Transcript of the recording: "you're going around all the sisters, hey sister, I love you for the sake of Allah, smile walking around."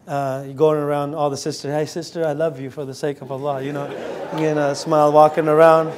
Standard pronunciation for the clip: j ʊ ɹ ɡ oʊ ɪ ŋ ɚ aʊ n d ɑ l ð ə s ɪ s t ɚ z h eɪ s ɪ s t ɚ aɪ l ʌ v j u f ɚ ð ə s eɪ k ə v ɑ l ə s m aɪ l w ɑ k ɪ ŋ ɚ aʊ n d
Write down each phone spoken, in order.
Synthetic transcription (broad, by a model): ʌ ɡ oʊ ɪ ŋ ɚ aʊ n d ɑ l ð ə s ɪ s t ɚ h eɪ s ɪ s t ɚ aɪ l ʌ v j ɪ f ɚ ð ə s eɪ k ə v ɑ n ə s m aɪ l w ɑ k ɪ ŋ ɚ aʊ n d